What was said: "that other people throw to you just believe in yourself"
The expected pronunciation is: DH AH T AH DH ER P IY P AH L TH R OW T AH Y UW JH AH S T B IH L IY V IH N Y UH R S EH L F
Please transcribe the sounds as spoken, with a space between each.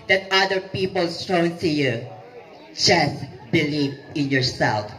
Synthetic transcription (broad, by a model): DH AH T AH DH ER P IY P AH L T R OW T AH Y UW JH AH S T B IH L IY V IH N Y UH R S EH L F